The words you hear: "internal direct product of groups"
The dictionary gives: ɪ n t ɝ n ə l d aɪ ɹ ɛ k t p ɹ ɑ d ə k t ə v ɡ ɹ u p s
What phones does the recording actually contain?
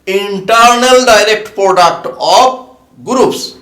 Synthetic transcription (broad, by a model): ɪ n t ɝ n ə l d aɪ ɹ ɛ k t p ɹ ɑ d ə k t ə p ɡ ɹ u p s